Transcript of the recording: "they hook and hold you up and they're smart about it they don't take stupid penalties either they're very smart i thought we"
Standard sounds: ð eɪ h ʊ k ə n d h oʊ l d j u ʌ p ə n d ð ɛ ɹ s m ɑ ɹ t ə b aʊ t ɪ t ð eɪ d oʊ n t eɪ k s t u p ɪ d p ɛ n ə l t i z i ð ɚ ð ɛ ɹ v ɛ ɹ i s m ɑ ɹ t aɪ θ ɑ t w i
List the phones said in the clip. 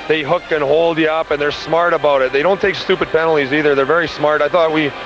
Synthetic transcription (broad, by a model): ð eɪ h ʊ k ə n h oʊ l d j ʌ p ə n ð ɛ ɹ s m ɑ ɹ t ə b aʊ t ɪ t ð eɪ d oʊ n t eɪ k s t u p ɪ d p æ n l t i z i ð ɚ ð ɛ ɹ v ɛ ɹ i s m ɑ ɹ t aɪ θ ɑ t w i